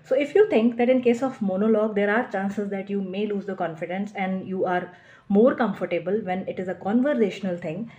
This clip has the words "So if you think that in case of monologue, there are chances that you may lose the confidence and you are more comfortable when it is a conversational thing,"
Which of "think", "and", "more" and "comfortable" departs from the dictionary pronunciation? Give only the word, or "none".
think